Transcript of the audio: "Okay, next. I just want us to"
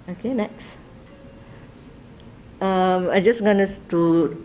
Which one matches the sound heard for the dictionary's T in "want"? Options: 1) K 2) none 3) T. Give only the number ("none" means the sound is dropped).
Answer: 2